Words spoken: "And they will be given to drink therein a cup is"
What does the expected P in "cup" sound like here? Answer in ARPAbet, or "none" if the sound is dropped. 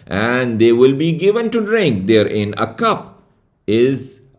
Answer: P